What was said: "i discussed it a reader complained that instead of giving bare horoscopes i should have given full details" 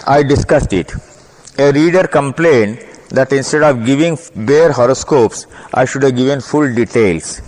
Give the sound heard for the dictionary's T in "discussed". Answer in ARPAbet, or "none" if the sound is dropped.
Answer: T